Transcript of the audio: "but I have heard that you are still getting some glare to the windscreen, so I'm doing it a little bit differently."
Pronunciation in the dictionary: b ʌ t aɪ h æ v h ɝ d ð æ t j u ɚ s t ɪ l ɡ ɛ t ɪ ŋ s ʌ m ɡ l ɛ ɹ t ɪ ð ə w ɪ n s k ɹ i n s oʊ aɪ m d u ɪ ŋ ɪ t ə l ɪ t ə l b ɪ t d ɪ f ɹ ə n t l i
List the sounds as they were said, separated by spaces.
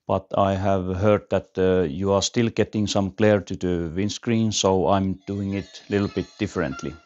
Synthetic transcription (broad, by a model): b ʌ t aɪ h æ v h ɝ d ð æ t j u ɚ s t ɪ l ɡ ɛ t ɪ ŋ s ʌ m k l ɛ ɹ t ɪ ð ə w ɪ n s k ɹ i n s oʊ aɪ m d u ɪ ŋ ɪ t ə l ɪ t l b ɪ t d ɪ f ɹ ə n t l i